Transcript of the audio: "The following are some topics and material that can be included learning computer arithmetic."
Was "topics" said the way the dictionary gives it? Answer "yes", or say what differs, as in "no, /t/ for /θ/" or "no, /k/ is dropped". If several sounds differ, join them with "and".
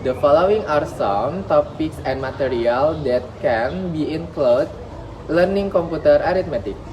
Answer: yes